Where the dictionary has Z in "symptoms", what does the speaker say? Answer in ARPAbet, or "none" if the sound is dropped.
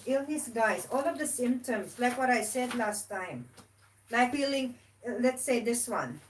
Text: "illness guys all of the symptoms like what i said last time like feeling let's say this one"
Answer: S